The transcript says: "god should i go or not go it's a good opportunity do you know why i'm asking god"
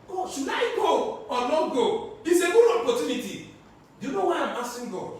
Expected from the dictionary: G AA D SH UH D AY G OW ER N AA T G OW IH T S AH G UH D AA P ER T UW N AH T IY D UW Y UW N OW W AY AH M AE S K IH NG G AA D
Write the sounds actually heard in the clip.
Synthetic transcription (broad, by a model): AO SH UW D AY G OW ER L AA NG G OW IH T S AH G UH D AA P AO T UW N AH T IY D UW Y UW N OW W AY AH M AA S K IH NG G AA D